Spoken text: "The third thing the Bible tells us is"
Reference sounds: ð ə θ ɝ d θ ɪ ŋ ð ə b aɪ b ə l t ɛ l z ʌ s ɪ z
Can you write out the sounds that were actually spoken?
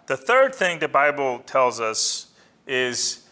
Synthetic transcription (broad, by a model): ð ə θ ɝ d θ ɪ ŋ ð ə b aɪ b l t ɛ l z ʌ s ɪ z